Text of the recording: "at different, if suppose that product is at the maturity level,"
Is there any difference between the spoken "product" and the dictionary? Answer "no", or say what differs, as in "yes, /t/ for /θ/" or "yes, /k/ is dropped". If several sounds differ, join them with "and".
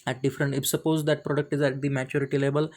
no